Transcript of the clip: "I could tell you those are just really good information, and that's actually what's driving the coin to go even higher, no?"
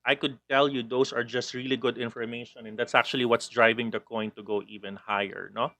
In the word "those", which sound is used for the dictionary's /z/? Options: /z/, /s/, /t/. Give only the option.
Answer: /s/